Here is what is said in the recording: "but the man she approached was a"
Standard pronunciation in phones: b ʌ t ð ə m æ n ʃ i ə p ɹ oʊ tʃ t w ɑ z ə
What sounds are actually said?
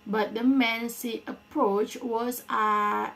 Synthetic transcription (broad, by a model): b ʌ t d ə m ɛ n s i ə p ɹ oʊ tʃ w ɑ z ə